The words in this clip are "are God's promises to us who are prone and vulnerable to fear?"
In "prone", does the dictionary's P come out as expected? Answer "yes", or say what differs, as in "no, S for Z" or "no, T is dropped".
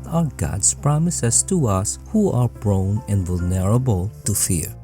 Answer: no, B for P